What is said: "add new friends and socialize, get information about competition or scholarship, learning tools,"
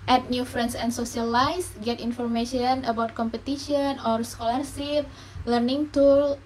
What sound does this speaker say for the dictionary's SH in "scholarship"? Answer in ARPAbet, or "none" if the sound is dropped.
S